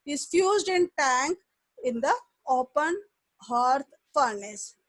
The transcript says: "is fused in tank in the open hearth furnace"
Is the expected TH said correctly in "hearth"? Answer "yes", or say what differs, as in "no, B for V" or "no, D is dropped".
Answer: no, T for TH